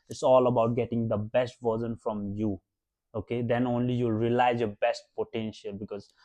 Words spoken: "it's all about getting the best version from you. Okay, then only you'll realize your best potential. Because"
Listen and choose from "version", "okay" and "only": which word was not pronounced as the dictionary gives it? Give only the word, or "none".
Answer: version